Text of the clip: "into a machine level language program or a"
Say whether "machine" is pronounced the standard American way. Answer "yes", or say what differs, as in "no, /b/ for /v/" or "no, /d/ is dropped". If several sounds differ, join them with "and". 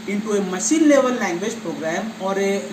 no, /s/ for /ʃ/